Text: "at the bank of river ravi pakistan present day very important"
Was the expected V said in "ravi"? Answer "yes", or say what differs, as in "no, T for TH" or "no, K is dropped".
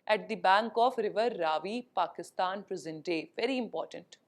yes